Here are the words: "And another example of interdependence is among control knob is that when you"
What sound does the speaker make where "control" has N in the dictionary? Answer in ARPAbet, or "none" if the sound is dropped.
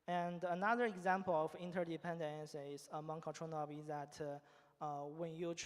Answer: none